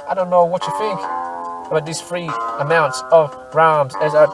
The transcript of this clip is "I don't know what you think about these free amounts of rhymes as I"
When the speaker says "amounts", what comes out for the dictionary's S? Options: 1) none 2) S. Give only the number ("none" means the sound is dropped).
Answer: 2